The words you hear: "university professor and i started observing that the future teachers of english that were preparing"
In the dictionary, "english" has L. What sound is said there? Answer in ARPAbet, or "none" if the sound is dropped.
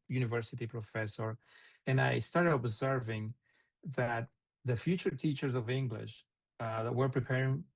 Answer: L